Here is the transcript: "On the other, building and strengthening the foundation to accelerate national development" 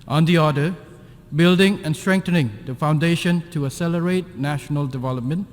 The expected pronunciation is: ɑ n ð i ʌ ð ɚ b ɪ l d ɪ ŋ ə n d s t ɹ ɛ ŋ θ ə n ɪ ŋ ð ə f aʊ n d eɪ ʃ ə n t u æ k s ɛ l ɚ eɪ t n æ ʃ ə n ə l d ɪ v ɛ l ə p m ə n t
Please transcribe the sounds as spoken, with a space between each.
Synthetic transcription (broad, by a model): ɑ n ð i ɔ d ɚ b ɪ l d ɪ ŋ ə n s t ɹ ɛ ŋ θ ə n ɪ ŋ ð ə f aʊ n d eɪ ʃ ə n t u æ s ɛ l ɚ eɪ t n æ ʃ ə n ə l d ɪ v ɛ l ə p m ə n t